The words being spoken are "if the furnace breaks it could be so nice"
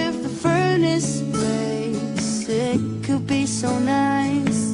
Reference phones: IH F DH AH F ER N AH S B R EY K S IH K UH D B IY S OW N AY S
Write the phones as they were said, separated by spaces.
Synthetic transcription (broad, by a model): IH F DH AH F ER N AH S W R EY S IH K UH D B IY S OW N AY S